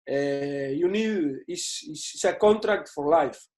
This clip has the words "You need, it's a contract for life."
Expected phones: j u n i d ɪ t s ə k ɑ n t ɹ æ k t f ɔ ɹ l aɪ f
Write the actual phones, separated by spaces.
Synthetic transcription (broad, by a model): j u n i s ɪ s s ə k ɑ n t ɹ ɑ k t f ɔ ɹ l aɪ f